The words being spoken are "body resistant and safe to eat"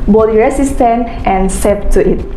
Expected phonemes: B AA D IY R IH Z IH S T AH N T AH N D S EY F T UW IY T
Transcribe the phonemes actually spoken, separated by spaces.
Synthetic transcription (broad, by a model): B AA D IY R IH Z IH S T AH N T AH N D S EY P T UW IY T